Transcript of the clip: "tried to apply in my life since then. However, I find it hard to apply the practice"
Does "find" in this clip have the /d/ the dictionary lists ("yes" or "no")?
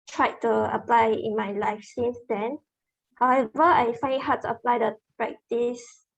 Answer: no